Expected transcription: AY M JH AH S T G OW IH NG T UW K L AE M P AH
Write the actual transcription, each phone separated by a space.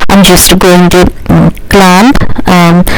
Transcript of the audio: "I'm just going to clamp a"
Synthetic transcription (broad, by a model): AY M JH AH S T G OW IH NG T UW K L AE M AH